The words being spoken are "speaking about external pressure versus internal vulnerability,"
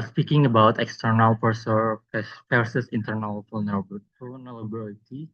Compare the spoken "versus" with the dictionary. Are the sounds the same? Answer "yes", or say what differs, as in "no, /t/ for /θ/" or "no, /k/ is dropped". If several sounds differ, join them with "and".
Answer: no, /p/ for /v/